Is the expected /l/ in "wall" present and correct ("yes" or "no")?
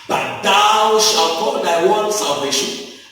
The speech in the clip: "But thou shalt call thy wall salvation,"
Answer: no